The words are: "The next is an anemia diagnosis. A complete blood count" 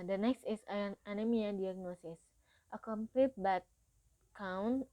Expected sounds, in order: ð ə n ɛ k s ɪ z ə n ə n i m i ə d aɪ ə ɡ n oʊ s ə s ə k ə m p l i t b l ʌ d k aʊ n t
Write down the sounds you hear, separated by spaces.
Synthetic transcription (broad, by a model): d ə n ɛ k s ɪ s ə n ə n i m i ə d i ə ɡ n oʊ s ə s ə k ə m p l i t b ʌ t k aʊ n